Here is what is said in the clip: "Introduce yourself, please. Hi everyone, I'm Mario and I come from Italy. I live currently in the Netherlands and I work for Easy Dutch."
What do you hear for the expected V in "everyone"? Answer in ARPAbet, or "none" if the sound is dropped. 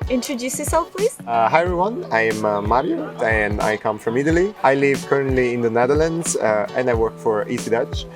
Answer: none